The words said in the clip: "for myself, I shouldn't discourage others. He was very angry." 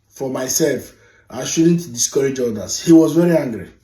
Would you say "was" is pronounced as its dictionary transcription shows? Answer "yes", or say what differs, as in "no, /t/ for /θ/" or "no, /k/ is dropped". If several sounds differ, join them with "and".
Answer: yes